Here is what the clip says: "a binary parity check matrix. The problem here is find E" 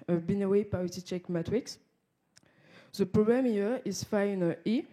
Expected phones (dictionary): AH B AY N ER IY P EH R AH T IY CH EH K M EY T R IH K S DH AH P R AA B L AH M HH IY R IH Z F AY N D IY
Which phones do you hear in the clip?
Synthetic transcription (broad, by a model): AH B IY N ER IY P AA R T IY CH EH K M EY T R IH K S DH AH P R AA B AH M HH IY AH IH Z F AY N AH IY